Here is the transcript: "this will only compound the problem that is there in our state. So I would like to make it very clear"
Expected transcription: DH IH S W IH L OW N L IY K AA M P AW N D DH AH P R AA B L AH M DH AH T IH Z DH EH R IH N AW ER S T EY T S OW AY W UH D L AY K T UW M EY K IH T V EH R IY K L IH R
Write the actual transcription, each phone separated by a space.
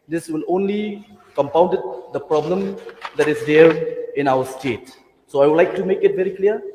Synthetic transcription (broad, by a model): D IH S W IH L OW N L IY K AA M P AW N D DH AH P R AA B L AH M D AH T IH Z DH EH R IH N AW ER S T EY T S OW AY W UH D L AY K T UW M EY K IH T V EH R IY K L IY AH